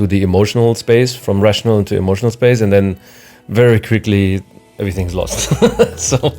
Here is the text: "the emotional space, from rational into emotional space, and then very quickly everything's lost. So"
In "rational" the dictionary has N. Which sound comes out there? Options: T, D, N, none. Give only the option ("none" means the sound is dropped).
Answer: N